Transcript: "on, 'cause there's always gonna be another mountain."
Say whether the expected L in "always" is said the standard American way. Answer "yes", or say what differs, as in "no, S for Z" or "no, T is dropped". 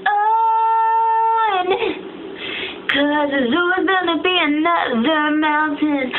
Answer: no, L is dropped